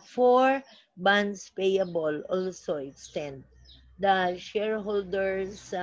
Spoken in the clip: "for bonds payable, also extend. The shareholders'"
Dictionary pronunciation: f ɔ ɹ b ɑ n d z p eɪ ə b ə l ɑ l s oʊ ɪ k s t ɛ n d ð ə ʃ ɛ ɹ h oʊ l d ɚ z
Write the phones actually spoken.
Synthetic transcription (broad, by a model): f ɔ ɹ b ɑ n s p eɪ ə b ə l ɑ l s oʊ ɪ k s t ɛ n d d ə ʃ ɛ ɹ h oʊ l d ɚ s